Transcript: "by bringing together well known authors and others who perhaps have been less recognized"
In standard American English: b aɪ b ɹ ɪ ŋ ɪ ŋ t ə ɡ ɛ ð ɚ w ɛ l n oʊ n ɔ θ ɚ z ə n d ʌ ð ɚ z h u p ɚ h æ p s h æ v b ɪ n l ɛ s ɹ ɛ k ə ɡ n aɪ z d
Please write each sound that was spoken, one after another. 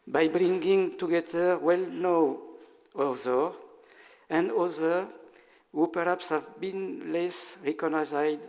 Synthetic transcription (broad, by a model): b aɪ b ɹ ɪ ŋ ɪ ŋ t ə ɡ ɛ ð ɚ w ɛ l n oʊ ɔ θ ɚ ə n d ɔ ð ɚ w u p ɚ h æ p s h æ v b ɪ n l ɛ s ɹ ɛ k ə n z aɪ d